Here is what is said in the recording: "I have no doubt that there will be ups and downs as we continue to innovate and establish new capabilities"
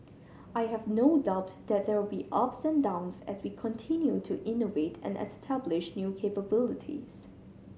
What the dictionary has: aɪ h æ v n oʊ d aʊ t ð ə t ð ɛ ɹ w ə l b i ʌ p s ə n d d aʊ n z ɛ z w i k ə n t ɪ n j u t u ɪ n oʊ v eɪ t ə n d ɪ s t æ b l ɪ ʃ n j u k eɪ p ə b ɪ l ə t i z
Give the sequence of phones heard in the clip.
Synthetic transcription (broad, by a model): aɪ h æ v n oʊ d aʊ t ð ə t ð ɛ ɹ w ə l b i ʌ p s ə n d d aʊ n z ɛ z w i k ə n t ɪ n j u t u ɪ n oʊ v eɪ t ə n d ɪ s t æ b l ɪ ʃ n j u k eɪ p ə b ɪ l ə t i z